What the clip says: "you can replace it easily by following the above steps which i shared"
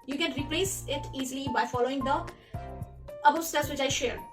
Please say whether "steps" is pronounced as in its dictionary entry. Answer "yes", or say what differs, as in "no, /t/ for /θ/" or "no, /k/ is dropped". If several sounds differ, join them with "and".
no, /p/ is dropped